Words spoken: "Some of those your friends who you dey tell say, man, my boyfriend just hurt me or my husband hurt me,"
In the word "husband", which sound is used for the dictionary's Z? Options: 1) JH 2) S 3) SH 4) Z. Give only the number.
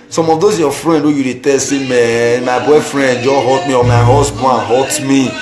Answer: 2